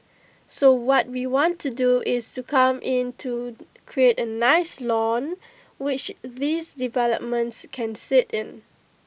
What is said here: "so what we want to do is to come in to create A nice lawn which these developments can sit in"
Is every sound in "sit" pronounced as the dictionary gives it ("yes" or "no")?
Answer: yes